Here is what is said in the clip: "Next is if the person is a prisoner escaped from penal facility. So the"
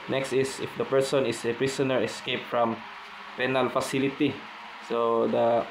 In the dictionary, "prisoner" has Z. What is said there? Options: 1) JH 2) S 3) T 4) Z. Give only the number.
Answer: 2